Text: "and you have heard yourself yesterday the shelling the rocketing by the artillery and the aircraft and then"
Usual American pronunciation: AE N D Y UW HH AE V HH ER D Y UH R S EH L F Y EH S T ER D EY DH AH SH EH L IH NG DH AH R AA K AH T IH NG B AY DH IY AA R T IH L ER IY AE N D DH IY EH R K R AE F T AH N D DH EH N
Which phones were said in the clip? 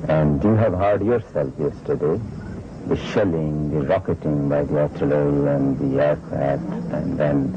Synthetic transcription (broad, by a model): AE N D Y UW HH AE V HH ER D Y UH R S EH L F Y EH S T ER D EY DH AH SH EH L IH NG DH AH R AA K AH T IH NG B AY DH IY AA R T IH L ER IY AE N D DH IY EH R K AE T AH N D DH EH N